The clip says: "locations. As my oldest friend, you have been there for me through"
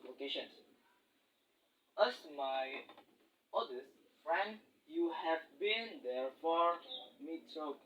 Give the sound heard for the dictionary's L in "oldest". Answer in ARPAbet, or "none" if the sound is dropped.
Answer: none